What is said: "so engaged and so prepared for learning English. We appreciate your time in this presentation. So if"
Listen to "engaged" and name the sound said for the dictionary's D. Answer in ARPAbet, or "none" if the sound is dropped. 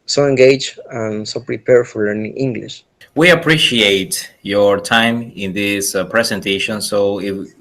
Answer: none